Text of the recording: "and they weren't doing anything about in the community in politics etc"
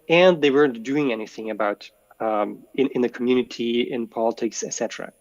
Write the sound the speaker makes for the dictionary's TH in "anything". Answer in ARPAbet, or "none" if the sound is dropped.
TH